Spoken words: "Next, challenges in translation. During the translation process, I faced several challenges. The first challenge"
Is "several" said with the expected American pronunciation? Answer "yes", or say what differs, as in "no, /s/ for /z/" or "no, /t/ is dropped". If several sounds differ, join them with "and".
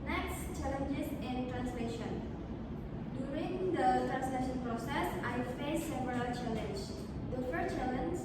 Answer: no, /p/ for /v/